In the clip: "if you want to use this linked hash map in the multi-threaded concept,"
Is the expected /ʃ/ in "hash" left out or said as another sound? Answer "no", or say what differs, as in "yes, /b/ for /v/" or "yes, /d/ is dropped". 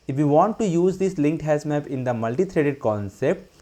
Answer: yes, /s/ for /ʃ/